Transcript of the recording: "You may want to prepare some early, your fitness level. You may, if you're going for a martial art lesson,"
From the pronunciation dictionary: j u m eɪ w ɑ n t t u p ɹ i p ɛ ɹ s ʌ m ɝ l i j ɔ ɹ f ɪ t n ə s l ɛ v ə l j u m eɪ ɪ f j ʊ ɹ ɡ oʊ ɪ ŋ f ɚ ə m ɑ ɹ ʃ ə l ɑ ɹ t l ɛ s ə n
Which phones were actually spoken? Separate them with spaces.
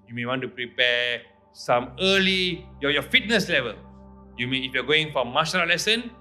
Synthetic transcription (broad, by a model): j u m eɪ w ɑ n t t u p ɹ i p ɛ s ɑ m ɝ l i j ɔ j f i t n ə s l ɛ v ə l j u m eɪ ɪ f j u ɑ ɡ oʊ ɪ ŋ f ə m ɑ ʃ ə n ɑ l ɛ s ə n